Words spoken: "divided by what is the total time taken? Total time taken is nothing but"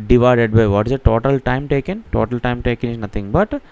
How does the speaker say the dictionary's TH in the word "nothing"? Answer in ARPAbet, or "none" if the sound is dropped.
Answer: T